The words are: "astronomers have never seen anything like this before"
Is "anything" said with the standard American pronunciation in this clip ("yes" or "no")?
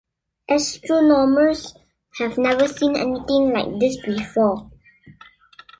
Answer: no